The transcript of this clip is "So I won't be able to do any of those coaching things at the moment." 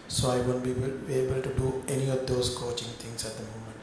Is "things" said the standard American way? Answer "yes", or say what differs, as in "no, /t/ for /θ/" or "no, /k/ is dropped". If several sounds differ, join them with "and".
no, /t/ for /θ/